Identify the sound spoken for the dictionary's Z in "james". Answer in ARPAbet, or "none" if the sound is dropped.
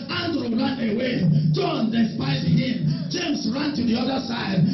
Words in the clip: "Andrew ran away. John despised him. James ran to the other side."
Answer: S